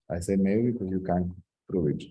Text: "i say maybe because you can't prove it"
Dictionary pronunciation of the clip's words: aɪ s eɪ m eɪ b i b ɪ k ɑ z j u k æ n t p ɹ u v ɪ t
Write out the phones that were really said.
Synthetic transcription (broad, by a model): aɪ s eɪ m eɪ i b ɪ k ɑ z j u k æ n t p ɹ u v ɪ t